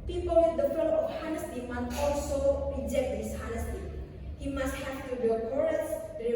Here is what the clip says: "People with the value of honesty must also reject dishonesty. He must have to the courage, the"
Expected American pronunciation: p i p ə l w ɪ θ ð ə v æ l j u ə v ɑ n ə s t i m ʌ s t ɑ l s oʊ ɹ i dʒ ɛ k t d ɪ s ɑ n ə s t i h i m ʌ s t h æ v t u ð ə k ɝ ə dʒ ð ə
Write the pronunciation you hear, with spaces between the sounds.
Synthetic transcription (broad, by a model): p i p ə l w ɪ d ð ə f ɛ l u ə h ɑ n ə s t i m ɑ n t ɑ l s oʊ ɹ i dʒ ɛ k t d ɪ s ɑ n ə s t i h i m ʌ s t h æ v t u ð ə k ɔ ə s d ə